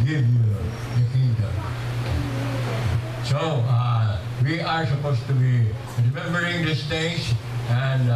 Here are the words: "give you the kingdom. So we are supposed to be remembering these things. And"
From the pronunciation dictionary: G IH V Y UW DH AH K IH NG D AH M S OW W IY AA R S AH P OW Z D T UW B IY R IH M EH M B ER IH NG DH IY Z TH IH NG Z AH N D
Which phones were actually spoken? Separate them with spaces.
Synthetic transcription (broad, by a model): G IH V Y UW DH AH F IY D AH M S OW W IY AA R S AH P OW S T UW B IY R IH M EH M B ER IH NG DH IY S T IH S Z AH N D